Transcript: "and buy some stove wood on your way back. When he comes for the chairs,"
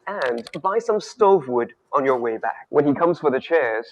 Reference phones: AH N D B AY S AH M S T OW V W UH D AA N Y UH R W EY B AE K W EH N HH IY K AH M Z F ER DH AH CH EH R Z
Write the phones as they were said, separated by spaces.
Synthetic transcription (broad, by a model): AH N B AY S AH M S T OW V W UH D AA N Y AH R W EY B AE K W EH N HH IY K AH M Z F ER DH AH CH EH R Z